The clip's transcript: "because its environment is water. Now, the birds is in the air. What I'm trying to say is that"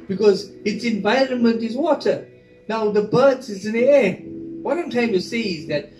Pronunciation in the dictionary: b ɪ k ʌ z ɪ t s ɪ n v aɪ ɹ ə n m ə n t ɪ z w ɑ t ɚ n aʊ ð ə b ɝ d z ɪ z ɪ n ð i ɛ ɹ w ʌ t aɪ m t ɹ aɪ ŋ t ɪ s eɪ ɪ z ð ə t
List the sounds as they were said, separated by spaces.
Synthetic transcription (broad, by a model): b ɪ k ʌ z ɪ t s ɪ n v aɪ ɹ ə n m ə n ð ɪ z w ɑ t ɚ n aʊ ð ə b ɝ d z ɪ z ɪ n ð i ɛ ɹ w ʌ t aɪ m t l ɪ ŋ t ɪ s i ɪ z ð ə t